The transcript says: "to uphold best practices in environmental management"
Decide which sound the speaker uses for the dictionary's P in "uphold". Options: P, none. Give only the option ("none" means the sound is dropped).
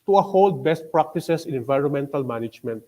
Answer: none